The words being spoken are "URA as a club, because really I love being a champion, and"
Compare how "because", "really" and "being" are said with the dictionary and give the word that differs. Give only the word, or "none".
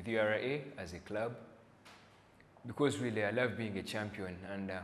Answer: really